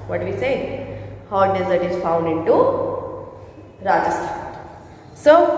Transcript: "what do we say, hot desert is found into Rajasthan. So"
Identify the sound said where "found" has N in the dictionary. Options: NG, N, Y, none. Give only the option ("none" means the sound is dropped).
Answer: N